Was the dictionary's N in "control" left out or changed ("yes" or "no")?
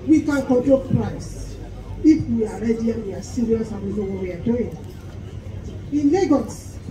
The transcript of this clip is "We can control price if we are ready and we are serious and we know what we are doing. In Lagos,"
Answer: yes